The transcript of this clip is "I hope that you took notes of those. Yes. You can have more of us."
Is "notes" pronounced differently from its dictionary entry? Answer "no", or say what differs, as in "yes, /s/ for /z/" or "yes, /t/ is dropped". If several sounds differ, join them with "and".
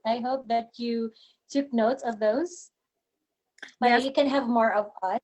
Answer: no